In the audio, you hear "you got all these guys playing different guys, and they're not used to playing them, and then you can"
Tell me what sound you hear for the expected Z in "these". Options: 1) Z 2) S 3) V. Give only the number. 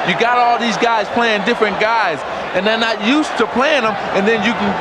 1